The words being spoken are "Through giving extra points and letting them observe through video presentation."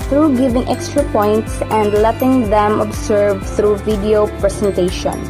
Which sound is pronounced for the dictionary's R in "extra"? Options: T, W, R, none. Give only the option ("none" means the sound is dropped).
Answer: R